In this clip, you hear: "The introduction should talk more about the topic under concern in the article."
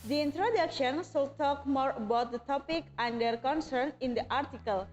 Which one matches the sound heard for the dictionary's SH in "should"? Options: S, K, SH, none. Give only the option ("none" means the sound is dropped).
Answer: S